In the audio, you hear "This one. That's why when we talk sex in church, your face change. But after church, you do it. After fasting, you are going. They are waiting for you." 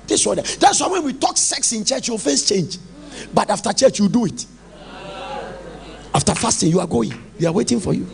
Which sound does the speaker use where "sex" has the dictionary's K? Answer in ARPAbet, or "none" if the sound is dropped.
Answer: K